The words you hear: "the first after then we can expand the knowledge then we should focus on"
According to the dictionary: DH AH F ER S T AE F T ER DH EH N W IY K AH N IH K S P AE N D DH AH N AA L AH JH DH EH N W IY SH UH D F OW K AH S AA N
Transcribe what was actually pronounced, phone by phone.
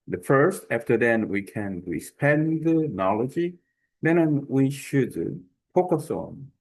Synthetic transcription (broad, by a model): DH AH F ER S T AE F T ER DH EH N W IY K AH N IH S P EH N DH AH N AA L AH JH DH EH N W IY SH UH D P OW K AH S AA N